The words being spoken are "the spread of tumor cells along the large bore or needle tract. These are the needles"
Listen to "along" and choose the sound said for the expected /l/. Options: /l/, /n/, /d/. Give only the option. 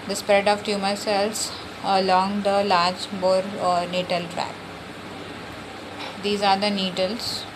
/l/